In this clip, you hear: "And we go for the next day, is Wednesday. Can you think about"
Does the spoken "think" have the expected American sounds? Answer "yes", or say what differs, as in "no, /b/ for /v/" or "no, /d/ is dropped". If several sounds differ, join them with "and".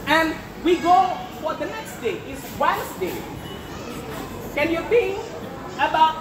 no, /k/ is dropped